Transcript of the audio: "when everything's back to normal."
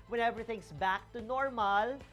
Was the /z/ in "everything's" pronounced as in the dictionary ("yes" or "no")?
no